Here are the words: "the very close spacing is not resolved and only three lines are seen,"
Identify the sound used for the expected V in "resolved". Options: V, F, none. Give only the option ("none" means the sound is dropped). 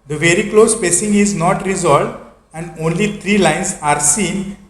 V